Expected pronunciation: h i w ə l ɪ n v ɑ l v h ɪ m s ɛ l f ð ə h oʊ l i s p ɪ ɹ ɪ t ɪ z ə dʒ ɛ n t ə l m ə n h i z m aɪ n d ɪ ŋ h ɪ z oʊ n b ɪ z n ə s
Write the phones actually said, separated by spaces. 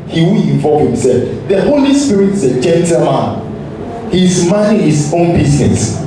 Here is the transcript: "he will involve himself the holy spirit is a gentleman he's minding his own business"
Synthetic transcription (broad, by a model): h i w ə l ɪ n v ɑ v h ɪ m s ɛ l f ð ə h oʊ l i s p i ɹ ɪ t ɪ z ə dʒ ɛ n t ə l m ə n h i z m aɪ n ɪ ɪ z oʊ n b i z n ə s